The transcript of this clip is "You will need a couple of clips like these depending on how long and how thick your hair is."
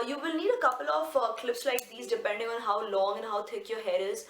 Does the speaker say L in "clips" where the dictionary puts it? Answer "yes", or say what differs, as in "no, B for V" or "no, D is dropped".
yes